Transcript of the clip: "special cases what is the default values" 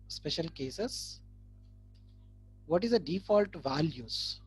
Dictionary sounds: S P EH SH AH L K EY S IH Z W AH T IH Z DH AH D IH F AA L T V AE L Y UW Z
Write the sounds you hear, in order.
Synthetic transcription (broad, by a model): S P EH SH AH L K EY S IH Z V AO T IH Z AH D IH F AA L T V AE L Y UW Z